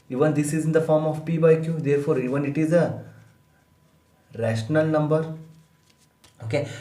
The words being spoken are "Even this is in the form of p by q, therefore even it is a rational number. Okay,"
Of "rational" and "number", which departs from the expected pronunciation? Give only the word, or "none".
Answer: none